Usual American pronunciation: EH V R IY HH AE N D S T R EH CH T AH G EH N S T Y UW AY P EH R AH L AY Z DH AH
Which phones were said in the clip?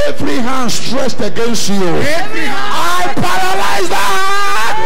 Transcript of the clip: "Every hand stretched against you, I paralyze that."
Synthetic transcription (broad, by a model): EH V R IY HH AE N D S T R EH S T AH G EH N S T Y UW AY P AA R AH L AY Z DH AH